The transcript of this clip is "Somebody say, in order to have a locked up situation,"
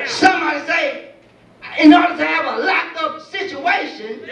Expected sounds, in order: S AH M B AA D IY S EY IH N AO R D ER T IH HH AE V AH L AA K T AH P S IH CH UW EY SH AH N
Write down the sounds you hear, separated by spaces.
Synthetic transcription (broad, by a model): S AH M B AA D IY S EY IH N AO R D ER T IH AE V AH L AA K AH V S IH CH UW EY SH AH N